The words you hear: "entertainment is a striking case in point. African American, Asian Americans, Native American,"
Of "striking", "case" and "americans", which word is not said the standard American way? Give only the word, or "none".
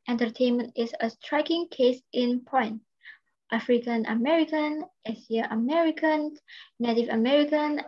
americans